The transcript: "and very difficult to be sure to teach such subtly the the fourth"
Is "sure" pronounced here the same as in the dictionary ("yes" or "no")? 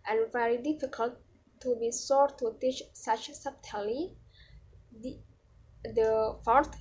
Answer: no